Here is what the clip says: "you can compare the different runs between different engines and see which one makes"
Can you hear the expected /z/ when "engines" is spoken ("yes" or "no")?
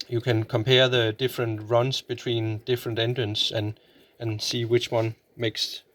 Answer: no